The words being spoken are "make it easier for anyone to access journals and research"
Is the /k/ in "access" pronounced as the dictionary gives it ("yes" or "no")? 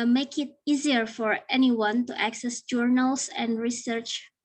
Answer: yes